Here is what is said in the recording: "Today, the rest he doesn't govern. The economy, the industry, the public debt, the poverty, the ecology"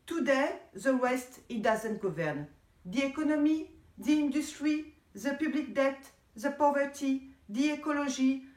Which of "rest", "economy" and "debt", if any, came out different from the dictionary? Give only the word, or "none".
rest